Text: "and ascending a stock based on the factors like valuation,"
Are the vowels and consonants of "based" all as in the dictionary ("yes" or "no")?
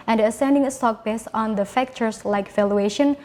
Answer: no